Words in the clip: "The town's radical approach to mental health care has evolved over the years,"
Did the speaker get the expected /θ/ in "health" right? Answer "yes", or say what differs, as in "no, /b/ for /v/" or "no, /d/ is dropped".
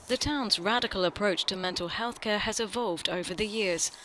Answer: yes